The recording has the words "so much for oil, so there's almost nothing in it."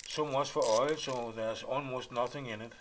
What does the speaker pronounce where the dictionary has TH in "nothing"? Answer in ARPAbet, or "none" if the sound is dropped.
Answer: TH